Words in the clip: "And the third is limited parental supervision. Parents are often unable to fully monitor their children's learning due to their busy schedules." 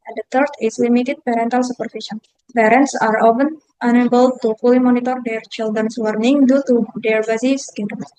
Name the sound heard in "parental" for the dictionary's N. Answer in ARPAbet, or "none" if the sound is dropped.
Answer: N